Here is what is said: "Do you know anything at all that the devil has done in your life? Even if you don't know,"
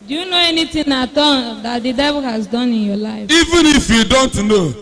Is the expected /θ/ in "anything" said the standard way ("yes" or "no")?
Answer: no